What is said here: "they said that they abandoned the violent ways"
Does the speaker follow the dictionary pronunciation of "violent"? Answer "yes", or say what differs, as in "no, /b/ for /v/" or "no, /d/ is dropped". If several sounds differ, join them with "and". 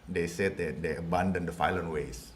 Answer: no, /f/ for /v/